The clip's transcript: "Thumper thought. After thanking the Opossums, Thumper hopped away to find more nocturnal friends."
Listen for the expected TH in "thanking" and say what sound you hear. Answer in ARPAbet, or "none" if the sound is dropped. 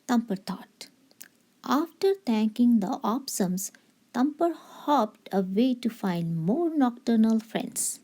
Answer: T